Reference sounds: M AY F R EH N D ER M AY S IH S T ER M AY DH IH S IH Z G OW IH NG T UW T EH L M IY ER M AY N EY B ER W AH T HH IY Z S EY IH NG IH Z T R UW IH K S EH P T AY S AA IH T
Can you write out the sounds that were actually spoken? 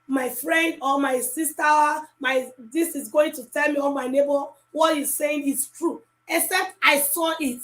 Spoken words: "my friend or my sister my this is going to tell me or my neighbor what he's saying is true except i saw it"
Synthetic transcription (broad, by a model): M AY F R EH N D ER M AY S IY S T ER M AY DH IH S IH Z G OW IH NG T UW T EH L M IY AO M AY N EY B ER W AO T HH IY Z S EY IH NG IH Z T R UW IH K S EH P T AY S AA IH T